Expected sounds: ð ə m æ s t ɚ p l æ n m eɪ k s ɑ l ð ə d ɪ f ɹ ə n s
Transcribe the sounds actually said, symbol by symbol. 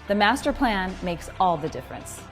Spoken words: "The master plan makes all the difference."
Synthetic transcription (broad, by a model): ð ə m æ s t ɚ p l æ n m eɪ k s ɑ l ð ə d ɪ f ɹ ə n s